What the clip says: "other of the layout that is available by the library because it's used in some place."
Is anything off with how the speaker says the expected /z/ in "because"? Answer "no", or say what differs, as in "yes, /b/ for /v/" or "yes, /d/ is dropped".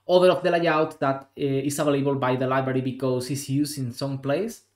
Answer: yes, /s/ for /z/